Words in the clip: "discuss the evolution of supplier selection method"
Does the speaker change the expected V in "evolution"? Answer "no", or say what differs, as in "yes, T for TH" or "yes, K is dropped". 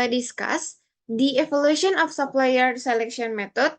yes, F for V